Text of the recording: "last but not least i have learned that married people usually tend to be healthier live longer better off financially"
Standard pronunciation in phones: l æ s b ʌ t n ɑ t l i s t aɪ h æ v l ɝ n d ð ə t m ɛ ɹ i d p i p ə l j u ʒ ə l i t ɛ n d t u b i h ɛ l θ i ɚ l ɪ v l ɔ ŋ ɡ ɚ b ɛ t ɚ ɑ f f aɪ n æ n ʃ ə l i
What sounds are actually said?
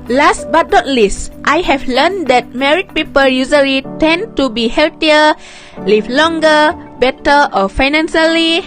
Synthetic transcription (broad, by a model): l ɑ s b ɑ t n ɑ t l i s t aɪ h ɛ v l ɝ n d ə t m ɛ ɹ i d p i p ə l j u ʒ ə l i t ɛ n t u b i h ɛ l t i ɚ l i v l ɔ ŋ ɡ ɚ b ɛ t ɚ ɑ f f aɪ n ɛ n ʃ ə l i